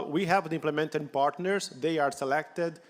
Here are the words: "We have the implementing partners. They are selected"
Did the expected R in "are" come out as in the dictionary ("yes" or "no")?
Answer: yes